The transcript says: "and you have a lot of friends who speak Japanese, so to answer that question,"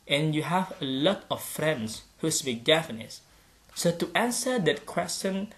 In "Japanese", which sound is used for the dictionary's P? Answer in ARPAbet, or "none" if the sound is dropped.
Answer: F